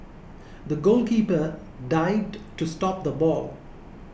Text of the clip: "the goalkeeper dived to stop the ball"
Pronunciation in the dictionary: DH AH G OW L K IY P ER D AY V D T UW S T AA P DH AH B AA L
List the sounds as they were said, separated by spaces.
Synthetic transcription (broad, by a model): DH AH G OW L K IY P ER D AY D T UW S T AA P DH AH B AA L